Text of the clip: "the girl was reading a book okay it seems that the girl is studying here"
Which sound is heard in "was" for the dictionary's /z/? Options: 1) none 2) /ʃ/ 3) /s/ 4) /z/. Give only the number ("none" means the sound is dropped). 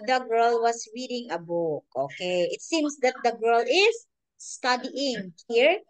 3